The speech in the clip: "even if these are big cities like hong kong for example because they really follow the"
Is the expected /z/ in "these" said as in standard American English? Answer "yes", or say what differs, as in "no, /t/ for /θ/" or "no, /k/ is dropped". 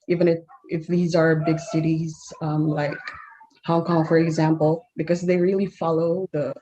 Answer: yes